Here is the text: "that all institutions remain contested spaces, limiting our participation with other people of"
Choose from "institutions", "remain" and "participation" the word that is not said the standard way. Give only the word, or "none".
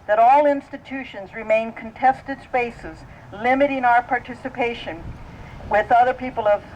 none